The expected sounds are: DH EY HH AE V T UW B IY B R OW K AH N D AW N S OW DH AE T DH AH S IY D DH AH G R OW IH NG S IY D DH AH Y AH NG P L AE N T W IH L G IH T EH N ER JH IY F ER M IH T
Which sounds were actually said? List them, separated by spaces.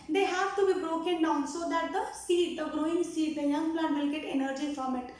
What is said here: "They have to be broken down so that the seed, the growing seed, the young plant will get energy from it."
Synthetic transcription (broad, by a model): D EY HH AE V T UW B IY B R OW K AH N D AW N S OW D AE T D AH S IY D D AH G R OW IH NG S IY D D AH Y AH NG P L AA T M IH L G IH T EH N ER JH IY F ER M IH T